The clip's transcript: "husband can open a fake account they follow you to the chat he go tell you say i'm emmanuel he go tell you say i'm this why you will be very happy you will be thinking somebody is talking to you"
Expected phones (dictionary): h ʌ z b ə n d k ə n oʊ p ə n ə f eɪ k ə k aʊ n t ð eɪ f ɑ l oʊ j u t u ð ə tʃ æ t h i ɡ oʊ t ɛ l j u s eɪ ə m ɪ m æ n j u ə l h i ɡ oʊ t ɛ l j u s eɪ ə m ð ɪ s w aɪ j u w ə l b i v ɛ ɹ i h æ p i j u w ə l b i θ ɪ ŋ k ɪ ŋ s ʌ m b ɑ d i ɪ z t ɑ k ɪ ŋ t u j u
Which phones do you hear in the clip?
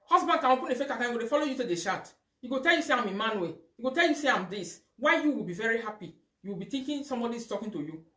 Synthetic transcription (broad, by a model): h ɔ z b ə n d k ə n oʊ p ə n ə f eɪ k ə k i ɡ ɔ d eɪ f ɑ l oʊ j u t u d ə ʃ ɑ t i ɡ oʊ t ɛ l j u s eɪ ə m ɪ m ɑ n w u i ɡ oʊ t ɛ l j u s eɪ ə m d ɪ s w aɪ j u w ə l b i v ɛ ɹ i h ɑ p i j u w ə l b i t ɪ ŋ k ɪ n s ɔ m b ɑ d i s t ɑ k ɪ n t u j u